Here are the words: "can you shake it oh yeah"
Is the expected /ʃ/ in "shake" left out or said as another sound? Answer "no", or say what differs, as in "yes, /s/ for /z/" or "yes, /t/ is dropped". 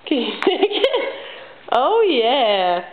yes, /s/ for /ʃ/